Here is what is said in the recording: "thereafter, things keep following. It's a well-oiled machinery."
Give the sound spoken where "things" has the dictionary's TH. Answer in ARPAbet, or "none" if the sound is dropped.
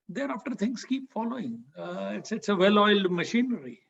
T